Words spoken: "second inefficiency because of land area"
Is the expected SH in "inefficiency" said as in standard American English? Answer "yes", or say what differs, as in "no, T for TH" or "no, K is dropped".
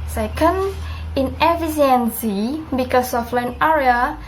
no, S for SH